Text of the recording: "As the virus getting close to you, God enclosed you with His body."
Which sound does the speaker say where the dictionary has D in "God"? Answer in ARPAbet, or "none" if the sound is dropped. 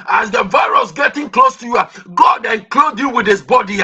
D